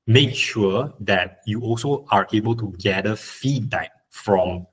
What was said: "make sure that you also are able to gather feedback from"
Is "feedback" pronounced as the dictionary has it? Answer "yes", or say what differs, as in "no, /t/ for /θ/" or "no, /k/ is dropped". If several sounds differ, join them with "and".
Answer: no, /b/ is dropped